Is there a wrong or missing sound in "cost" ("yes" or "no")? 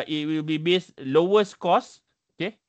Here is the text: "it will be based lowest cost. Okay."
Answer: yes